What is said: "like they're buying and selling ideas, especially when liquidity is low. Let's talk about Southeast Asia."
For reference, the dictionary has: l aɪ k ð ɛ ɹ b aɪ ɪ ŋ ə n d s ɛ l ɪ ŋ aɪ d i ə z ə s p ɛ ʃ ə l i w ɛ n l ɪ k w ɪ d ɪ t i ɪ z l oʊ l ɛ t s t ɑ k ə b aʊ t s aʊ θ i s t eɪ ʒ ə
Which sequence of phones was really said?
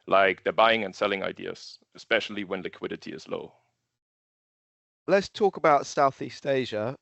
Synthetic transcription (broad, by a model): l aɪ k ð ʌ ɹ b aɪ ɪ ŋ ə n s ɛ l ɪ ŋ aɪ d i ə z ə s p ɛ ʃ ə l i w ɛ n l ɪ k w ɪ d ɪ t i ɪ z l oʊ l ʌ t s t ɑ k ə b aʊ t s aʊ θ i s t eɪ ʒ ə